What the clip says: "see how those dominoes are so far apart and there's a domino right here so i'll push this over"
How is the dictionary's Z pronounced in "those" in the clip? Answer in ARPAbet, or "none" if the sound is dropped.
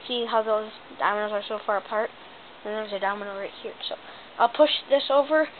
Z